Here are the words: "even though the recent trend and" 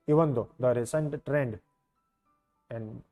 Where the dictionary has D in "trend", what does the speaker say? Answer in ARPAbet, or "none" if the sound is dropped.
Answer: D